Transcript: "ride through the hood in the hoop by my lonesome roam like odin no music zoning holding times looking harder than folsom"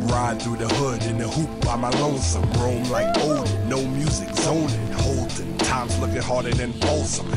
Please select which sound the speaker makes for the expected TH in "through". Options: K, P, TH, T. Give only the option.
TH